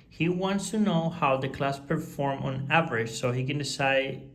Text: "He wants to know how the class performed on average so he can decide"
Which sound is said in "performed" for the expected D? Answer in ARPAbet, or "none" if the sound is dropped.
none